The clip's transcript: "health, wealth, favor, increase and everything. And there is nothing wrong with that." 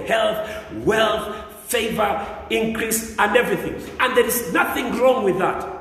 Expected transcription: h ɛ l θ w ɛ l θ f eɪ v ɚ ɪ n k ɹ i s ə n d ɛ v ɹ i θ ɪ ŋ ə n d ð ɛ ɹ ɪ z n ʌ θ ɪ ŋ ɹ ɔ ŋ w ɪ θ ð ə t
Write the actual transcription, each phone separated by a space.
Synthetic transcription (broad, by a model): h ɛ l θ w ɛ l θ f eɪ v ɚ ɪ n k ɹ i s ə n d ɛ v ɹ i θ ɪ ŋ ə n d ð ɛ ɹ ɪ z n ʌ θ ɪ ŋ ɹ ɔ ŋ w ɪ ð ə t